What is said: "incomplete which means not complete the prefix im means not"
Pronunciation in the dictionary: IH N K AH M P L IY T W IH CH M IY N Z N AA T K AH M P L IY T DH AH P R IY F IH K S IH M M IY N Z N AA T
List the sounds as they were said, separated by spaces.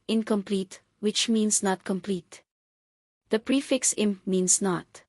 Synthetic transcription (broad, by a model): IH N K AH M P L IY T W IH CH M IY N S N AA T K AH M P L IY T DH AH P R IY F IH K S IH M M IY N S N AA T